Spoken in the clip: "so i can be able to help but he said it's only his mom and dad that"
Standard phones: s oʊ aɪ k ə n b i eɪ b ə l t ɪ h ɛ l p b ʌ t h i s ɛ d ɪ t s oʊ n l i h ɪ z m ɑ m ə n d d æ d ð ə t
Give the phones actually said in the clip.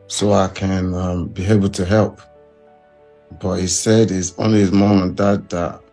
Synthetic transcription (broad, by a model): s oʊ aɪ k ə n b i eɪ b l t ɪ h ɛ l p b ʌ t h i s ɛ d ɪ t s oʊ n l i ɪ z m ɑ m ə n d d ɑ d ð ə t